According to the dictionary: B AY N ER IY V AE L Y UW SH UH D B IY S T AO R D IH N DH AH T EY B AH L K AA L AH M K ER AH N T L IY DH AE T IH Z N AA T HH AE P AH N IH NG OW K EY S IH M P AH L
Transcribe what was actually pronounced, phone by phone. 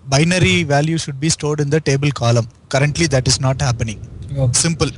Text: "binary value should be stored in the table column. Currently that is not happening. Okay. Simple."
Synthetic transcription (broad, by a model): B AY N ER IY V AE L Y UW SH UH D B IY S T AO R D IH N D AH T EY B AH L K AA L AH M K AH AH N T L IY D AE T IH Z N AA T HH AE P AH N IH NG S IH M P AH L